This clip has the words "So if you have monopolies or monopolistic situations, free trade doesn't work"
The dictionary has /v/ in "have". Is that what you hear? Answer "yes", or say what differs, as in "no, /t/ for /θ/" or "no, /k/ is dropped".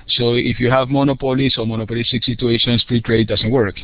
yes